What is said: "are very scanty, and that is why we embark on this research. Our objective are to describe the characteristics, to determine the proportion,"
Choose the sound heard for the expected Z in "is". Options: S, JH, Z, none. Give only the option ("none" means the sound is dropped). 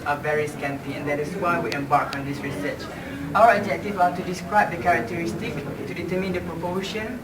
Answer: S